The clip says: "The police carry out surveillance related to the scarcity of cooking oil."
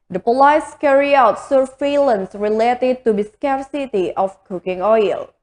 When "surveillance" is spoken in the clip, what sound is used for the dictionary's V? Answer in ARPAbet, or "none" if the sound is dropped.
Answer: F